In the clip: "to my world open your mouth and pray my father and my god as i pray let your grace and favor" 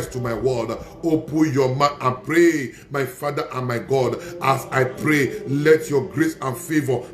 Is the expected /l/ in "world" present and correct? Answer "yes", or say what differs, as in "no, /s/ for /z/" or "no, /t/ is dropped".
no, /l/ is dropped